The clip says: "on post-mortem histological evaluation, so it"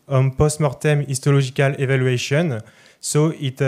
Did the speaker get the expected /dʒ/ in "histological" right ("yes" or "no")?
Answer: no